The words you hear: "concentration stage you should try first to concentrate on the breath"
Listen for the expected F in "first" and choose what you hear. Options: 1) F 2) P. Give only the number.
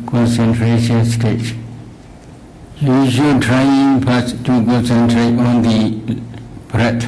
2